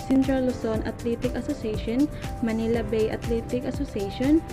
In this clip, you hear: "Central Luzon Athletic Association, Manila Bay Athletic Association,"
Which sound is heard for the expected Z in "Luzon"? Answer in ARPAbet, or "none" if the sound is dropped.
S